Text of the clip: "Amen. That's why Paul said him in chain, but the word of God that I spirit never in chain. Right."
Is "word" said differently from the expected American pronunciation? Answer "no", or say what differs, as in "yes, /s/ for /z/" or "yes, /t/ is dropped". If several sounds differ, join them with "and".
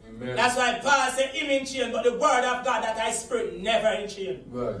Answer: no